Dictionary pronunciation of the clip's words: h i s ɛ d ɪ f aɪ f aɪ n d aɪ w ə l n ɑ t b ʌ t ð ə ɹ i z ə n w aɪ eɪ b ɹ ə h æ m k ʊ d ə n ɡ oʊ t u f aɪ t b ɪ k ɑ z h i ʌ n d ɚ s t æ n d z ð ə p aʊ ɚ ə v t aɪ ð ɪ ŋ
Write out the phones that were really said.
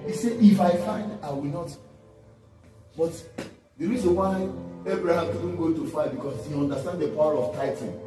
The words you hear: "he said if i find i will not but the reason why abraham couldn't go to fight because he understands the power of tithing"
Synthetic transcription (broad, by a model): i s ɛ ɪ f aɪ f aɪ n d aɪ w ə l n ɑ t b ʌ t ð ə ɹ i z ə n w aɪ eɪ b ɹ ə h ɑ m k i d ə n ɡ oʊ t u f aɪ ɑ b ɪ k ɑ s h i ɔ n d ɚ s t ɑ n d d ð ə p aʊ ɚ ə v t aɪ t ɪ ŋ